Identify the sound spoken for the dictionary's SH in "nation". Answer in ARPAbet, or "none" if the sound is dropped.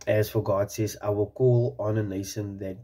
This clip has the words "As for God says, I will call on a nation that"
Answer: S